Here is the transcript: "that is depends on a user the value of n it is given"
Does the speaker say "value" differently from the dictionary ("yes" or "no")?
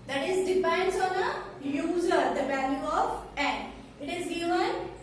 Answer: yes